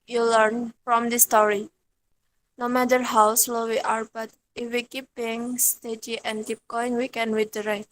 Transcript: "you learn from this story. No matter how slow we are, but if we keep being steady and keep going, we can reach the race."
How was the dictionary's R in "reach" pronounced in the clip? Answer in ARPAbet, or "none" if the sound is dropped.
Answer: W